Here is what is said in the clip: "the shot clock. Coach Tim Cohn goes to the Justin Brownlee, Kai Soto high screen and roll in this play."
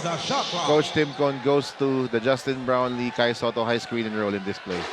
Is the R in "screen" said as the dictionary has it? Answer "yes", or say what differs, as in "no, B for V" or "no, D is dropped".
yes